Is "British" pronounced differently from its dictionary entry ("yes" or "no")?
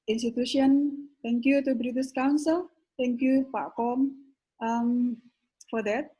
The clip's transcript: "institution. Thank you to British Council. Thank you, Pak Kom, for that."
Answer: yes